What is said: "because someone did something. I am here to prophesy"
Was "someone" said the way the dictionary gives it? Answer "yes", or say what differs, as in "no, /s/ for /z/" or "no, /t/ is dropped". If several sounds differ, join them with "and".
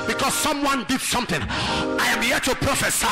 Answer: yes